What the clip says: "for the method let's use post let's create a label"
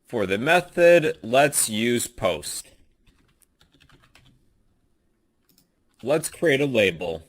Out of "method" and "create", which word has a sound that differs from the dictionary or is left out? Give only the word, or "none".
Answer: none